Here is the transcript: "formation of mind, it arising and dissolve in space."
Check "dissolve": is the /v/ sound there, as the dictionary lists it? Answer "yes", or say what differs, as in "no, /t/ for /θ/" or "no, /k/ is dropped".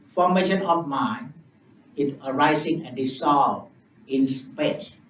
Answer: no, /v/ is dropped